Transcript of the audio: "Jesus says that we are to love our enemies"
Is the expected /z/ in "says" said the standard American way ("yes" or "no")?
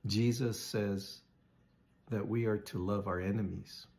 yes